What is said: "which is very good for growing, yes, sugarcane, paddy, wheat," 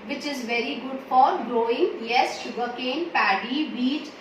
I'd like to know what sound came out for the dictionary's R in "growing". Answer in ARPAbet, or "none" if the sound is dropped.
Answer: R